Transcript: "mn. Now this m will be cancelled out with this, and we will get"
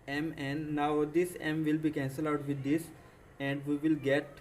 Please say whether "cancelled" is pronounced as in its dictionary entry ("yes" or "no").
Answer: no